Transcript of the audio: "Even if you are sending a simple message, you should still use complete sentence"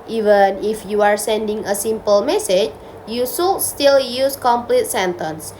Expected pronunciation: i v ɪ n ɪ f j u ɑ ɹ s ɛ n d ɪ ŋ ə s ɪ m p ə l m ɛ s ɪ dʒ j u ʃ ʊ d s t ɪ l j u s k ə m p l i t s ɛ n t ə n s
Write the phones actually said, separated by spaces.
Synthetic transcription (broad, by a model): i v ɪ n ɪ f j u ɑ ɹ s ɛ n d ɪ ŋ ə s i m p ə l m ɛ s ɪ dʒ j u s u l s t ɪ l j u s k ə m p l i t s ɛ n t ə n s